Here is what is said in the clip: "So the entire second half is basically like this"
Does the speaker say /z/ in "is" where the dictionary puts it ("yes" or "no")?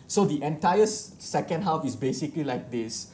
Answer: no